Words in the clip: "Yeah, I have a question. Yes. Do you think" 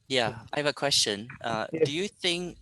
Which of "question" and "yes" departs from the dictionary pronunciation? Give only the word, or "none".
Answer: yes